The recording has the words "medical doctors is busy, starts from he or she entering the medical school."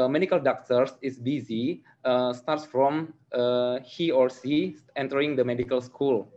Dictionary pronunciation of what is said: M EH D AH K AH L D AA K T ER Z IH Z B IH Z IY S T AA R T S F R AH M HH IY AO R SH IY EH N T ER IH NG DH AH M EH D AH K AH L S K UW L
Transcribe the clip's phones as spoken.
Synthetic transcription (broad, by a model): M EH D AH K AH L D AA K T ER S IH S B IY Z IY S T AA R T S F R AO M HH IY AO R S IY EH N T ER IH NG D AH M EH D AH K AH L S K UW L